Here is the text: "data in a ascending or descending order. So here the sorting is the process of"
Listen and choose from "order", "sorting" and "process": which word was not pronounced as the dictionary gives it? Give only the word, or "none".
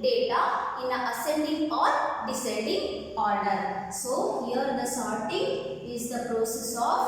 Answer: none